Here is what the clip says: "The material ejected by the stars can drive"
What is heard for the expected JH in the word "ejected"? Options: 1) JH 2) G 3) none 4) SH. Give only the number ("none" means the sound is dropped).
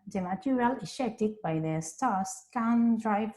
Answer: 4